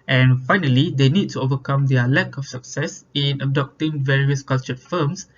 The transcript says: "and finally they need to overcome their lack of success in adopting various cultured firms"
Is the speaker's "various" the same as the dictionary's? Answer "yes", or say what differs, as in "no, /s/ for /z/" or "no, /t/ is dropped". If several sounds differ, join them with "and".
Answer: yes